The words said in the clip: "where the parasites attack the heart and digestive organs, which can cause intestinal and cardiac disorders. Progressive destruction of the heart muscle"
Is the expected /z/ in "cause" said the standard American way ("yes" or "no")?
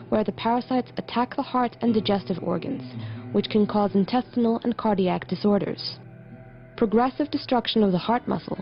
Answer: yes